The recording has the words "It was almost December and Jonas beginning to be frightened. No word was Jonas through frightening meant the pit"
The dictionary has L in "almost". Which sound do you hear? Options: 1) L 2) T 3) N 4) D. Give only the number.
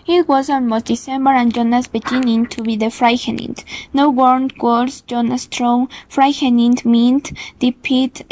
3